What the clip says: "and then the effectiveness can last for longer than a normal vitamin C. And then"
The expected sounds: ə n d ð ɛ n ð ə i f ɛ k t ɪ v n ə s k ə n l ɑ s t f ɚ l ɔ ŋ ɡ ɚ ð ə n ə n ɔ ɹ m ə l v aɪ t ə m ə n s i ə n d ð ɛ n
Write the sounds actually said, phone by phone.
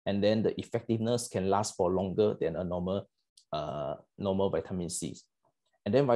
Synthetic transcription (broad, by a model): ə n d ɛ n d ə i f ɛ k t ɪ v n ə s k ə n l ɑ s t f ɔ l ɔ ŋ ɡ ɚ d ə n ə n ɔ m m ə l v aɪ t ə m ə n s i ə n d ɛ n